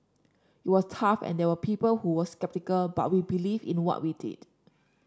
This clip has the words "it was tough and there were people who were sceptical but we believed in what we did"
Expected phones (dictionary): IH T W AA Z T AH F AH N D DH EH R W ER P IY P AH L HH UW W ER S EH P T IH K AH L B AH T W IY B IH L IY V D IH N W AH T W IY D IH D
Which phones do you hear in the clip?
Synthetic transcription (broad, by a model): IH T W AA S T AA F AH N D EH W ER P IY P AH L HH UW W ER S EH P T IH K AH L B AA T W IY B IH L IY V IH N W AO T W IY D IH D